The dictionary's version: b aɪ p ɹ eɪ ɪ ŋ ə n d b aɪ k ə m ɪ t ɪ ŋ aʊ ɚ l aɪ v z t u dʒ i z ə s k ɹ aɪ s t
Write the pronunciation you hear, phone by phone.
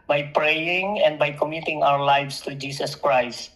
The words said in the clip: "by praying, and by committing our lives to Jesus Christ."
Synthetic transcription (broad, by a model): b aɪ p ɹ eɪ ɪ ŋ ə n d b aɪ k ə m ɪ t ɪ ŋ aʊ ɚ l aɪ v s t u dʒ i s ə s k ɹ aɪ s t